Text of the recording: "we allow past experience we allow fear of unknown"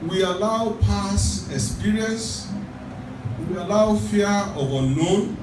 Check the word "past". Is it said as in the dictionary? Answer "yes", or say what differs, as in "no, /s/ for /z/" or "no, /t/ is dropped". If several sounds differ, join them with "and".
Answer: no, /t/ is dropped